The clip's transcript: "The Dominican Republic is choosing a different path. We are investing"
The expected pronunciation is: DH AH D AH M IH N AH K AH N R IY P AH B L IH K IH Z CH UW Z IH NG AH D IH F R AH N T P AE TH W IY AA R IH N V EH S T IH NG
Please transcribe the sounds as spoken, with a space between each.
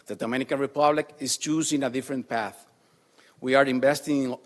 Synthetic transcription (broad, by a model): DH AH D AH M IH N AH K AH N R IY P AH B L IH K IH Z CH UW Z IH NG AH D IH F R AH N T P AE TH W IY AA R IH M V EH S T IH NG